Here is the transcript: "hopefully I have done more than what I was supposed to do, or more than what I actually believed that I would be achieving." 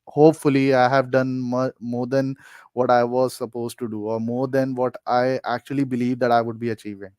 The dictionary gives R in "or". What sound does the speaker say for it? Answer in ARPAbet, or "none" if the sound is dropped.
R